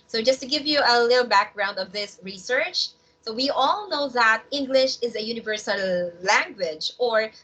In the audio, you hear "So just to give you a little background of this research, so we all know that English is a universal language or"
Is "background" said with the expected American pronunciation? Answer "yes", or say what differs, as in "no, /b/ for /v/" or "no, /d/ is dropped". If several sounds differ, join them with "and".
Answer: yes